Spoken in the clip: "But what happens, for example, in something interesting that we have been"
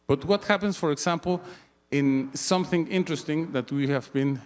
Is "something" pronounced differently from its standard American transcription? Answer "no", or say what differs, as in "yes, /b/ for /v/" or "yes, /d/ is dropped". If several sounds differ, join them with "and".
no